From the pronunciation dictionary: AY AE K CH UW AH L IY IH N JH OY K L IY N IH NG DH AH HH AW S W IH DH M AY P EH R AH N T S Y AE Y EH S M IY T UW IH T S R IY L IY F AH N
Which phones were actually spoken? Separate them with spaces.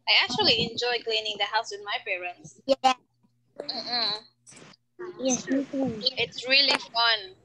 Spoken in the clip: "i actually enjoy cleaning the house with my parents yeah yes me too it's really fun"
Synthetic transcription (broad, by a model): AY AE K CH UW AH L IY IH N JH OY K L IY N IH NG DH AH HH AW S W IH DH M AY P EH R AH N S Y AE Y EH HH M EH S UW IH T S R IY L IY F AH N